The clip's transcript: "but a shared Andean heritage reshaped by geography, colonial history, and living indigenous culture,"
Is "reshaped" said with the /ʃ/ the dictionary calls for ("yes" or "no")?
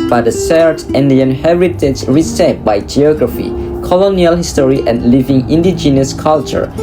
no